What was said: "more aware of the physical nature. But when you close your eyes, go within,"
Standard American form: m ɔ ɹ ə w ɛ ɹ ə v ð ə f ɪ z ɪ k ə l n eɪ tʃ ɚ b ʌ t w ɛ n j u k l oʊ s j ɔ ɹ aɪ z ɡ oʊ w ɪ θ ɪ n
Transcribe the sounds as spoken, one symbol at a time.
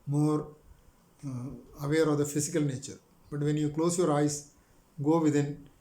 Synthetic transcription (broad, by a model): m ɔ ɹ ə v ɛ ɹ ə v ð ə f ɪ s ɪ k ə l n eɪ tʃ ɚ b ʌ t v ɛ n j u k l oʊ s j ɔ ɹ aɪ s ɡ oʊ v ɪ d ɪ n